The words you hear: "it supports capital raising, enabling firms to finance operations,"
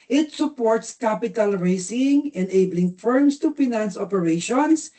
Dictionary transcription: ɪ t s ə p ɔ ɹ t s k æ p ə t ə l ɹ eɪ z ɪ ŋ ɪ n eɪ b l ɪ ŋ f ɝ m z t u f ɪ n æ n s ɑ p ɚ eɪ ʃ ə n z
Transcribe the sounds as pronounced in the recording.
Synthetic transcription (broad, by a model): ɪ t s ə p ɔ ɹ t s k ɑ p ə t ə l ɹ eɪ s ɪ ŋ ɪ n eɪ b l ɪ ŋ f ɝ m s t u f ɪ n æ n s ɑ p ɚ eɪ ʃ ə n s